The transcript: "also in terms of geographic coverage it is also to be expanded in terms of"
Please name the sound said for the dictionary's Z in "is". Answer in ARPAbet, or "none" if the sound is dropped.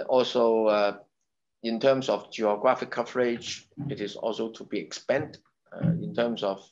S